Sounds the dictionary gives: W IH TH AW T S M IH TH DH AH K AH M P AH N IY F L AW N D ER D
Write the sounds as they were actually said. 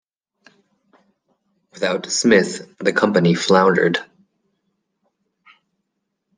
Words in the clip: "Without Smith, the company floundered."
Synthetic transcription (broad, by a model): W IH TH AW T S M IH TH DH AH K AH M P AH N IY F L AW N D ER D